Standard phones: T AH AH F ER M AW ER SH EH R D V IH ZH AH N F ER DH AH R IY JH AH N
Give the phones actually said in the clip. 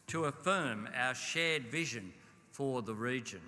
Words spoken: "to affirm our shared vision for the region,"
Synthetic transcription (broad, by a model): T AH AH F ER M AW ER SH EH R D V IH ZH AH N F ER DH AH R IY JH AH N